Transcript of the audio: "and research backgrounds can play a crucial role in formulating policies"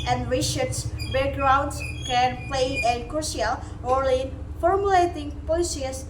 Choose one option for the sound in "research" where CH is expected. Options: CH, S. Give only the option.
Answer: S